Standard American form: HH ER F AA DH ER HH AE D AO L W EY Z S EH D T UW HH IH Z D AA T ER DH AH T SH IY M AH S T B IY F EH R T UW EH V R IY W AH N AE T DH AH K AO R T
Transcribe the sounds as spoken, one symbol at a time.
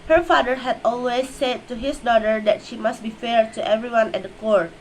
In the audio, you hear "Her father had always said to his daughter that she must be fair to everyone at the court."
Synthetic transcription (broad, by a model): HH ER F AA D ER HH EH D AO L W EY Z S EH D T UW HH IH S D AA T ER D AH T SH IY M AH S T B IY F EH R T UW EH V R IY W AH N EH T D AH K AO R